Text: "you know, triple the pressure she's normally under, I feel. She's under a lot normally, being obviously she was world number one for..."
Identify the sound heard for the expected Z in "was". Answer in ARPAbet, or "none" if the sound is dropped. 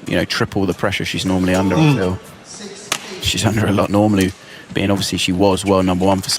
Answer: Z